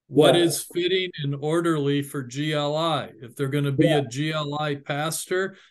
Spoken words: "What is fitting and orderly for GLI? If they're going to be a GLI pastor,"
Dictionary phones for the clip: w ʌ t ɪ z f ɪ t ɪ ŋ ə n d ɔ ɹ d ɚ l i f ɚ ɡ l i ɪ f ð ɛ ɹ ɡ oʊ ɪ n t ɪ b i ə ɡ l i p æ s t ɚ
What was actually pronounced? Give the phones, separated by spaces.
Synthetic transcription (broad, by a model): w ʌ t ɪ z f ɪ t ɪ ŋ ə n ɔ ɹ d ɚ l i f ɚ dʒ l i ɪ f ð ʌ ɹ ɡ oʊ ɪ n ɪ b i ə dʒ l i p æ s t ɚ